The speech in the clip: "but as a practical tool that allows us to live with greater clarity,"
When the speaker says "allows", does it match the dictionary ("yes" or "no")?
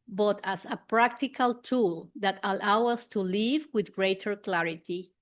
no